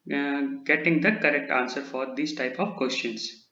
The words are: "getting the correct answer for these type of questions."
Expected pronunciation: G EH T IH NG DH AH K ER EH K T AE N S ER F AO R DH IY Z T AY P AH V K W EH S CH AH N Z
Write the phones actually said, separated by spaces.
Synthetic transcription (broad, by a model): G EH T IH NG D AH K ER EH K T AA N S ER F AO R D IY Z T AY P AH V K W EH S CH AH N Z